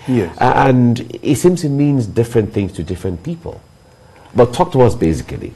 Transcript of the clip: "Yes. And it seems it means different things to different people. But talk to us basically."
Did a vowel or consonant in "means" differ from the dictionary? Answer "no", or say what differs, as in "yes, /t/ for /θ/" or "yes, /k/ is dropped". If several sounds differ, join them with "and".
no